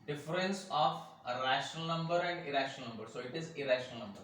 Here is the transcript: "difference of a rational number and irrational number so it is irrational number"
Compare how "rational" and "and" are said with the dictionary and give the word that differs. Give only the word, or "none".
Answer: none